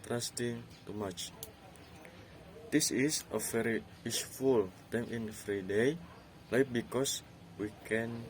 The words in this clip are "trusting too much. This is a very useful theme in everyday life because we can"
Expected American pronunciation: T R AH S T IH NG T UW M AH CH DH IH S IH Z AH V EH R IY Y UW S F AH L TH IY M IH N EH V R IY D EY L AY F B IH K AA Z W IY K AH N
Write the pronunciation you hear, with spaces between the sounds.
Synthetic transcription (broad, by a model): T R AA S T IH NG T UW M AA CH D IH S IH S AH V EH R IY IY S F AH L T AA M IH N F R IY D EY L AY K B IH K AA S W IY K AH N